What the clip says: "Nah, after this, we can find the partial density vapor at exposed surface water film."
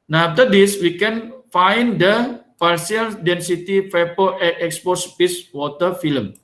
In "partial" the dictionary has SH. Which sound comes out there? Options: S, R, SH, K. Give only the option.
S